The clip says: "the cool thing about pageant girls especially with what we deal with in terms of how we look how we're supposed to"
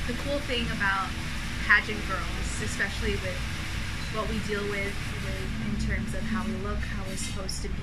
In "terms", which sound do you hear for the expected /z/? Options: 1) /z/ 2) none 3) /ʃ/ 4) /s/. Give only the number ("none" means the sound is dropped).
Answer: 1